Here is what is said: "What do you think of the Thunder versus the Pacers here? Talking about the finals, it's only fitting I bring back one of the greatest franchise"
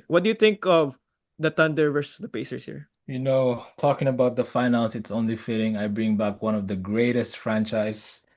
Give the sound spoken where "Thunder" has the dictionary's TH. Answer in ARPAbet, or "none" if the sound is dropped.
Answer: T